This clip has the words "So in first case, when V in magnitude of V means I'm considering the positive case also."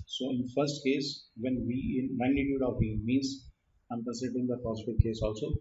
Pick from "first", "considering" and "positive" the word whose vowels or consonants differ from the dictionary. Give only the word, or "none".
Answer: considering